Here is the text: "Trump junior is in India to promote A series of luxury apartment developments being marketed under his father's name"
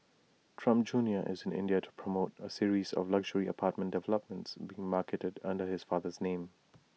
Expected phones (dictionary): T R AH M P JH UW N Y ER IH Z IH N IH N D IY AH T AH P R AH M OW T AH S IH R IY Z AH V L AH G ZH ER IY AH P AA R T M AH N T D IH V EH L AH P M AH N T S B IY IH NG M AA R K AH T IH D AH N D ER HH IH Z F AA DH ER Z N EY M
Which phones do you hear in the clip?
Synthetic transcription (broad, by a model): T R AH M P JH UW N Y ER IH Z IH N IH N D IY AH T AH P R AH M OW T AH S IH R IY Z AH V L AH G ZH ER IY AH P AA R T M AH N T D IH V EH L AH P M AH N T S B IY IH NG M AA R K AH T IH D AH N D ER HH IH Z F AA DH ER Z N EY M